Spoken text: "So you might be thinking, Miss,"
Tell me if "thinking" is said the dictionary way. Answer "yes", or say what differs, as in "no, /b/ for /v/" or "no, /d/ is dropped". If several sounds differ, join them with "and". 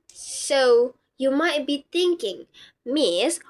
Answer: no, /t/ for /θ/